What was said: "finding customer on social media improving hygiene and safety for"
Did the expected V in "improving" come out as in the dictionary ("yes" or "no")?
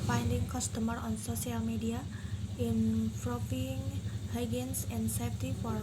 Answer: no